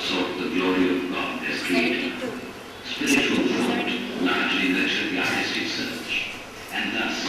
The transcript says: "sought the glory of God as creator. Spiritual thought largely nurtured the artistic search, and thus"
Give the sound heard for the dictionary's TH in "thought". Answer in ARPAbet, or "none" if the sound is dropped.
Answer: F